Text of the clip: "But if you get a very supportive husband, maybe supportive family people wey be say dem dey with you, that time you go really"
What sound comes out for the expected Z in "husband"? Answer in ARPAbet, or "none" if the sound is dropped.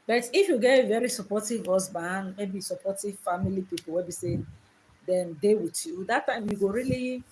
S